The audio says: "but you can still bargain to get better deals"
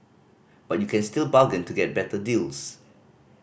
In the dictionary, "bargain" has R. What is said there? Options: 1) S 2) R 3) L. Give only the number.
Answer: 3